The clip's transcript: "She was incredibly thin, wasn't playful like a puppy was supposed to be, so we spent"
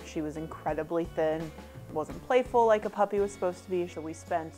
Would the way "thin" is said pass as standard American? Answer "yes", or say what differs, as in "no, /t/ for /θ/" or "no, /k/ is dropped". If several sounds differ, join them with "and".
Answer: yes